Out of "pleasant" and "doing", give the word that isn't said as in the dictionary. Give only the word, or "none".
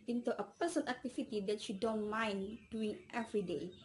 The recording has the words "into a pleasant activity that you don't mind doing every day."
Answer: pleasant